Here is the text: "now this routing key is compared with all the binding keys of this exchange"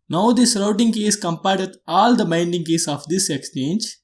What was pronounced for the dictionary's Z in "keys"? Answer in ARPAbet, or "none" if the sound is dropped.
S